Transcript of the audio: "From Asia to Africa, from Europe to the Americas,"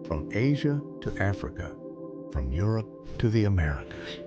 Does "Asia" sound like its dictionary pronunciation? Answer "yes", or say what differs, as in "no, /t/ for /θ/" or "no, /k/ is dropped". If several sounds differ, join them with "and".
yes